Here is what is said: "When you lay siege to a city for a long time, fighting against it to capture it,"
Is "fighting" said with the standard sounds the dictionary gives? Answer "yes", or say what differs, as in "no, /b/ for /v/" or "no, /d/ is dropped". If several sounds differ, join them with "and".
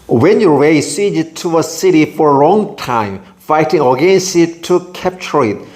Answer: yes